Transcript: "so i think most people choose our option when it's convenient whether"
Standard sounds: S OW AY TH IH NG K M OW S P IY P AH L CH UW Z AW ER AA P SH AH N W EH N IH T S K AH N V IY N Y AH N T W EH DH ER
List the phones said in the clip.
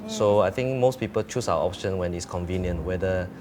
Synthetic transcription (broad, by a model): S OW AY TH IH NG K M OW S P IY P AH L CH UW S AW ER AA P SH AH N W EH N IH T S K AH N V IY N Y AH N T W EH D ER